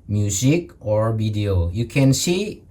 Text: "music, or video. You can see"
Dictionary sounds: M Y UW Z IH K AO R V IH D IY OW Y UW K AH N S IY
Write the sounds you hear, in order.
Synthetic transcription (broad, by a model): M Y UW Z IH K AO R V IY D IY OW Y UW K AH N S IY